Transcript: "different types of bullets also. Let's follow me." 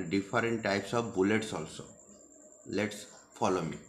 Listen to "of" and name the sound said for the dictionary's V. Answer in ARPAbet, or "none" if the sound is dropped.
B